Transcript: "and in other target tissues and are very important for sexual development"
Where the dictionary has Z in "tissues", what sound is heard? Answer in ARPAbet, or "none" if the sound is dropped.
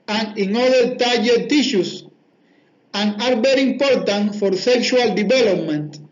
S